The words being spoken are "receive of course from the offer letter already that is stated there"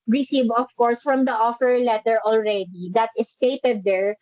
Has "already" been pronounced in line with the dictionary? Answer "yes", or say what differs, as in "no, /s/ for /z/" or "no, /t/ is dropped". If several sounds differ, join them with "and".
yes